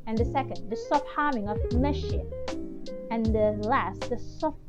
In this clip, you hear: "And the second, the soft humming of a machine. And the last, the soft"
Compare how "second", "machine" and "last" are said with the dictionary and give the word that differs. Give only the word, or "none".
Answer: machine